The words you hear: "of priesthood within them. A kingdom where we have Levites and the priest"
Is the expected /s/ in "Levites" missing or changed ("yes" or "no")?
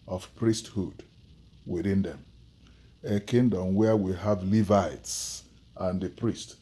no